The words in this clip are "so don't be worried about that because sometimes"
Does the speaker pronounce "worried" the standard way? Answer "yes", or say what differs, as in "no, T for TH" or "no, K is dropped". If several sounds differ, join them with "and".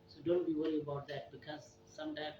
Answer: no, D is dropped